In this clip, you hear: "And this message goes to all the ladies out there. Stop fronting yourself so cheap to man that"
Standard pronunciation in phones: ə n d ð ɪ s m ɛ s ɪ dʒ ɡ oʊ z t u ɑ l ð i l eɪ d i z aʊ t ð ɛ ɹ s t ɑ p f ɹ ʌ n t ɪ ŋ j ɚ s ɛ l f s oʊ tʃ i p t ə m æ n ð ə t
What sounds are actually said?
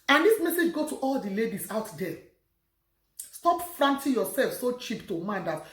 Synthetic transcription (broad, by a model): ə n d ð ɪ s m ɛ s ɪ dʒ ɡ oʊ t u ɑ l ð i l eɪ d i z aʊ t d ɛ s t ɑ p f ɹ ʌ n t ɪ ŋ j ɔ s ɛ l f s oʊ tʃ i p t ə m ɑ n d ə t